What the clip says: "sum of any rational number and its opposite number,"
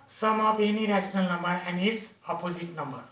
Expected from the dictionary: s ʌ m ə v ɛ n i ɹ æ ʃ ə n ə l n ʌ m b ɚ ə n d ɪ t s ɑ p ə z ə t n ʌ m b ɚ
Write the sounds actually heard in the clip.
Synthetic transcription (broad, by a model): s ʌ m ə p ɛ n i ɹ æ s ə n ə l n ʌ m b ɚ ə n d ɪ t s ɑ p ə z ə t n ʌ m b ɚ